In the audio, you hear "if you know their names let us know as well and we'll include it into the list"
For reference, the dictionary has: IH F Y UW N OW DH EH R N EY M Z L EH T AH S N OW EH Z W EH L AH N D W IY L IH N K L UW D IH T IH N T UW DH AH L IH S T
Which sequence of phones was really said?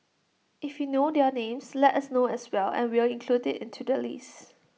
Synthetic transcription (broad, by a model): IH F Y UW N OW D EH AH N EY M S L EH T AH S N OW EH S W EH L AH N W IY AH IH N K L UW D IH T IH N T UW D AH L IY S